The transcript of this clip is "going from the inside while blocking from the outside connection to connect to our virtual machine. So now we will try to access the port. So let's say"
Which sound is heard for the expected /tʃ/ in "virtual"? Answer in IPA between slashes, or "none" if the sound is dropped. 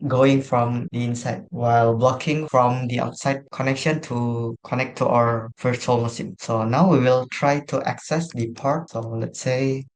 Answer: /s/